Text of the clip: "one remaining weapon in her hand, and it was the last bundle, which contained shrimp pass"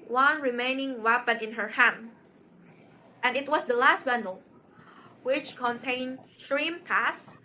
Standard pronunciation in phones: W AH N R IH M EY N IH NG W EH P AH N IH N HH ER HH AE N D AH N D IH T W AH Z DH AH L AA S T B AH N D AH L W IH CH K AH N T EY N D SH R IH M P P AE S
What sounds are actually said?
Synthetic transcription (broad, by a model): W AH N R IH M EY N IH NG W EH P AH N IH N HH ER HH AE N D AH N D IH T W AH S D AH L AA S T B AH N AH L W IH CH K AH N T EY N D S R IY M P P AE S